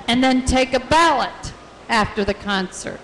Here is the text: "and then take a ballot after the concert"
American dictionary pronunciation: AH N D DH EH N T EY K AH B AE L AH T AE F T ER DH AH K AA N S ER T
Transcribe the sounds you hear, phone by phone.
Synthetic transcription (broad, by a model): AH N DH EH N T EY K AH B AE L AH T AE F T ER DH AH K AA N S ER T